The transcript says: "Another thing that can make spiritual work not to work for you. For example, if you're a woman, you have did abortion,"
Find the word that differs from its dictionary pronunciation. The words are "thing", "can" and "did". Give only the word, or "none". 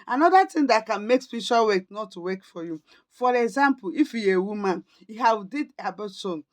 thing